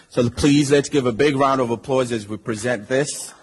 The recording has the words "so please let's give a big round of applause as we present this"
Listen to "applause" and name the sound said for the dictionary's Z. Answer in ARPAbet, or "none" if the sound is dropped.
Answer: Z